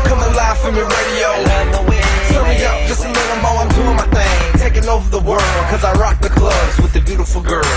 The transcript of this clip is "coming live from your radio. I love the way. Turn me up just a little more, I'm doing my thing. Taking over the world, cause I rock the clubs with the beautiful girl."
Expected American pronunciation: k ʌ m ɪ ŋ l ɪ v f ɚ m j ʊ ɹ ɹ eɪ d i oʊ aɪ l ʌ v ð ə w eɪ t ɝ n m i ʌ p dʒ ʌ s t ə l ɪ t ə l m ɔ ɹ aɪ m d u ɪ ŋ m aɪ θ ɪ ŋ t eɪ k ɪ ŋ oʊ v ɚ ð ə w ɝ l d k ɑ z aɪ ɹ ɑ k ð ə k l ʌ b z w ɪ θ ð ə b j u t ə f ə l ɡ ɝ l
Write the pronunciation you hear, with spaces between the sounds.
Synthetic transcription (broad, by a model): k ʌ m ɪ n l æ f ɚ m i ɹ ɹ eɪ d i oʊ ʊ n ð ə w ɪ s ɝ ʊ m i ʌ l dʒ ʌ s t ə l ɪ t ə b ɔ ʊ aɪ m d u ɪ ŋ m aɪ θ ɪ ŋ t eɪ k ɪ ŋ oʊ v ɚ ð ə w ɝ l d k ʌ z aɪ ɹ ɑ k ð ə k l ʌ b z w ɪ ð ə b j u t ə f l ɡ ɝ l